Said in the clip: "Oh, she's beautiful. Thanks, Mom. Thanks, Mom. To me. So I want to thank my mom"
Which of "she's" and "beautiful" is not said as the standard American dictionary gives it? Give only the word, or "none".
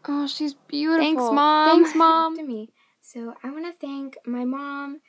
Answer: beautiful